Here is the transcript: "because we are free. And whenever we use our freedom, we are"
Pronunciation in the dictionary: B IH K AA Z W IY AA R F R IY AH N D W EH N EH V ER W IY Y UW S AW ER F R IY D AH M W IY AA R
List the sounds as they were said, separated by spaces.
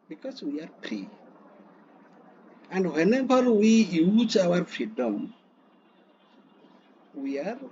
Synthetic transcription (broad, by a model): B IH K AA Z W IY AA R P R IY AH N D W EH N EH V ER W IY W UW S AW ER F R IY D AH M W IY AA R